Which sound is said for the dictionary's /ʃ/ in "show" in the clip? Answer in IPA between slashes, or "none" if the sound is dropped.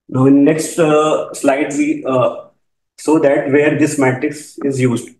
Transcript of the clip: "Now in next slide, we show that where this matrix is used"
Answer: /s/